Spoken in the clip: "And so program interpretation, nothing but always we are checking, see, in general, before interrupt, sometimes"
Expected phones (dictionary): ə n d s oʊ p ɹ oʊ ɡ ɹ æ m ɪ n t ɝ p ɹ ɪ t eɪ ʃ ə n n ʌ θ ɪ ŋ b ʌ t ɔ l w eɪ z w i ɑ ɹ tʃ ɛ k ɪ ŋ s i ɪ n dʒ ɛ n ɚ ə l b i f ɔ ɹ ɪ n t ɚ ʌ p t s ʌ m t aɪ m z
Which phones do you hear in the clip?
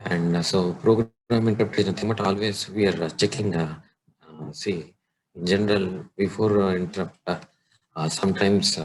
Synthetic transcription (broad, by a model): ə n d s oʊ p ɹ oʊ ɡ ɹ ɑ m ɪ n t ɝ ɹ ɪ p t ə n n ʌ t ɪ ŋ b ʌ t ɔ l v eɪ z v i ɑ ɹ tʃ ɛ k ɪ ŋ s i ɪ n dʒ ɛ n ɚ ə l b i f ɔ ɹ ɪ n t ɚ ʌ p t s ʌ m t aɪ m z